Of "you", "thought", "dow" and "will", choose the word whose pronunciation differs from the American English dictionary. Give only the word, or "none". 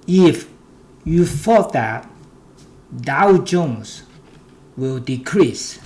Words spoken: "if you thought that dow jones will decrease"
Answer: thought